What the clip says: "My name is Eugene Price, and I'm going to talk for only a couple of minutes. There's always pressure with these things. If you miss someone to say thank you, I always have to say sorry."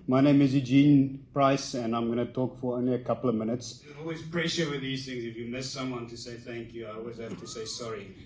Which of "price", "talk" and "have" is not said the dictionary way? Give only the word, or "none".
have